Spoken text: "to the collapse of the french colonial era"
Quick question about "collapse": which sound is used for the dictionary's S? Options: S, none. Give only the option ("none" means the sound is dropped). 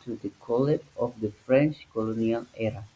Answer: none